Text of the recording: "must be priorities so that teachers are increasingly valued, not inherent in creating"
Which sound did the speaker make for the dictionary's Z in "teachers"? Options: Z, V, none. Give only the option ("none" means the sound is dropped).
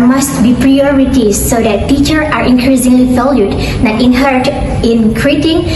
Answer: none